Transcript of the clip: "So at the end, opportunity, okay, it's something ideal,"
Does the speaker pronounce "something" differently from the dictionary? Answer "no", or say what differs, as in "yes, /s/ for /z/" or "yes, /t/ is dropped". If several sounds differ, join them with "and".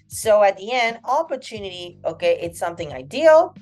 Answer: no